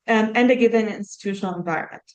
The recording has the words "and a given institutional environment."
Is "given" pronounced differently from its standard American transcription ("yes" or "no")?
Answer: no